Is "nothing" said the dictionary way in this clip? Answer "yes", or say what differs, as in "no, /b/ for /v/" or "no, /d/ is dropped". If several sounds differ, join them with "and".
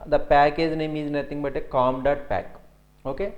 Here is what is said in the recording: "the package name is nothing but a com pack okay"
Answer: no, /t/ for /θ/